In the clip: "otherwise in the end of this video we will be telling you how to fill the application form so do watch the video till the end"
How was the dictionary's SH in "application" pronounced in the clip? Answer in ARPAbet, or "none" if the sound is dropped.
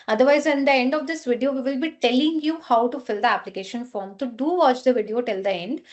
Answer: SH